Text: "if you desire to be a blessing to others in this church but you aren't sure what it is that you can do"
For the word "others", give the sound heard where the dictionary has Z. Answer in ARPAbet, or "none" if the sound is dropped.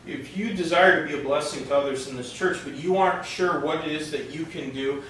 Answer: Z